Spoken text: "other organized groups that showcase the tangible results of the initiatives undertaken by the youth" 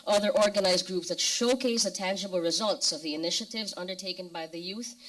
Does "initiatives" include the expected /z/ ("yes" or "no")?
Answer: yes